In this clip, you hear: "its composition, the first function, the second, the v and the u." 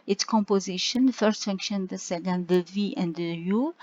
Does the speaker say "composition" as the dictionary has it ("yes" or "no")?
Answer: yes